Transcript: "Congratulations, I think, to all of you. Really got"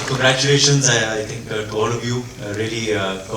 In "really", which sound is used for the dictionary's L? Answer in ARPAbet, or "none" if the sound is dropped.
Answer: none